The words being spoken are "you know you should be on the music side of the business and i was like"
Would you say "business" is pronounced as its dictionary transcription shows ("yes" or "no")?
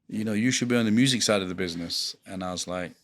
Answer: yes